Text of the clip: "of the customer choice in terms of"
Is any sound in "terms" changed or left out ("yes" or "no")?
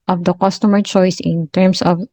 yes